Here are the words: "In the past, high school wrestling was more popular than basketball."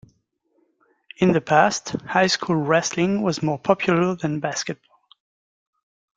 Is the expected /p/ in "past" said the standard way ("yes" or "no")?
yes